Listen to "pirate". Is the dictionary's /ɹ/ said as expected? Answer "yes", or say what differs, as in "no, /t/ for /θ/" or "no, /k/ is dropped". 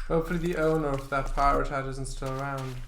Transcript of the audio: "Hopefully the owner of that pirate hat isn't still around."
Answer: yes